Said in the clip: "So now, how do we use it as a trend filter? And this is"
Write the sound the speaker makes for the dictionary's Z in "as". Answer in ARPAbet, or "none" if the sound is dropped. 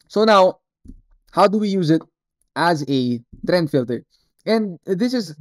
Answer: Z